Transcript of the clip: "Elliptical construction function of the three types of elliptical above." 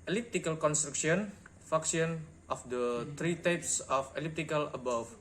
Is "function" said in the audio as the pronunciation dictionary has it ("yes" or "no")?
no